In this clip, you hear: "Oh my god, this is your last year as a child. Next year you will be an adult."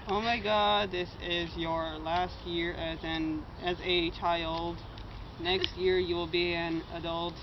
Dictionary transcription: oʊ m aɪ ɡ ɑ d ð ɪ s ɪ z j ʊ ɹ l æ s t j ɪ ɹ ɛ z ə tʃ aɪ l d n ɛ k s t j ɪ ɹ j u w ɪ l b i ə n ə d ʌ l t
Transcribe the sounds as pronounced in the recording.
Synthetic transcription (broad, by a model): oʊ m aɪ ɡ ɑ d ð ɪ s ɪ z j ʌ ɹ l æ s t j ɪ ɹ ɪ z ə tʃ aɪ l d n ɛ k s t j ɪ ɹ j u w ɪ l b i ə n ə d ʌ l t